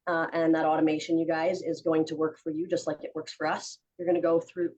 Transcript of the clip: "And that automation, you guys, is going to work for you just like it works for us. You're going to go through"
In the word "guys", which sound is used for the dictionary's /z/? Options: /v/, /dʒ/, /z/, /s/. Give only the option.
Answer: /z/